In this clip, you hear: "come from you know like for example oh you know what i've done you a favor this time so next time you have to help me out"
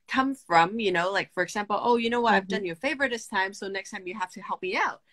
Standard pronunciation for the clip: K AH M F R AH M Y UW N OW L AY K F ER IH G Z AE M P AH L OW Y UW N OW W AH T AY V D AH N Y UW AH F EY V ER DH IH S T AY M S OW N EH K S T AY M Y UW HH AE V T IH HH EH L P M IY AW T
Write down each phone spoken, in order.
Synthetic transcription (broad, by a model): K AH M F R AH M Y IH N OW L AY K F ER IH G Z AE M P L OW Y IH N OW W AH T AY V D AH N Y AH F EY V ER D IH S T AY M S OW N EH K S T AY M Y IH HH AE F T IH HH EH L P M IY AW T